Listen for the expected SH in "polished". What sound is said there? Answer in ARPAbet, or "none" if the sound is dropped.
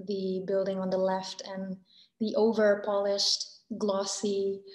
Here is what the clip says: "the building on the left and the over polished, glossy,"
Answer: SH